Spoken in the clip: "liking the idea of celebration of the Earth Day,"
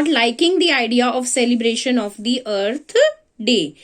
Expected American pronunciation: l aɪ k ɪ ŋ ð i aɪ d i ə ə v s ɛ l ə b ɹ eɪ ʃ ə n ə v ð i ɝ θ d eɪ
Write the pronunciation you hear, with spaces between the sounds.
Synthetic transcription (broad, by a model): l aɪ k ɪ ŋ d i aɪ d i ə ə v s ɛ l ə b ɹ eɪ ʃ ə n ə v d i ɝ t d eɪ